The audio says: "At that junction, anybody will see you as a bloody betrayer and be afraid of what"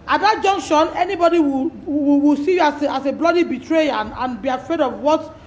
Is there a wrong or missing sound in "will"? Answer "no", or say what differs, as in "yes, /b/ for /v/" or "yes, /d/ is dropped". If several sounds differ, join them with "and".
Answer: yes, /w/ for /l/